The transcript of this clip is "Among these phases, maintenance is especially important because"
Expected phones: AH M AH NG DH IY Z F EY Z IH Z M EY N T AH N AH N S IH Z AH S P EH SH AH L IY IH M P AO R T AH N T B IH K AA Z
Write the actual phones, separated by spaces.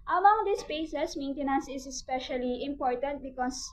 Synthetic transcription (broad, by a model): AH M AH NG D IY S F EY S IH S M EY N T AH N AH N S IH S AH S P EH SH AH L IY IH M P AO R T AH N T B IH K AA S